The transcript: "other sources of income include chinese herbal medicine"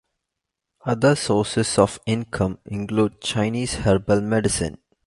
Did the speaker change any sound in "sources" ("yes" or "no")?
yes